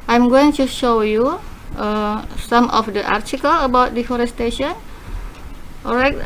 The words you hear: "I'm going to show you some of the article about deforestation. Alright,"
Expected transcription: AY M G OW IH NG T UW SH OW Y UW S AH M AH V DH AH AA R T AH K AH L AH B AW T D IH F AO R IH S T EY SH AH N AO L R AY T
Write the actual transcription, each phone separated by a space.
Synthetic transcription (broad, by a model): AY M G OW IH NG T UW SH OW Y UW S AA M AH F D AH AA R T AH K AH L AH B AW T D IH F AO R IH S T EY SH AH N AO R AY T